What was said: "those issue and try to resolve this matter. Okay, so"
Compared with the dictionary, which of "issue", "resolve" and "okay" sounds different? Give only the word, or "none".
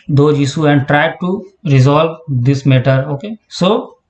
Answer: issue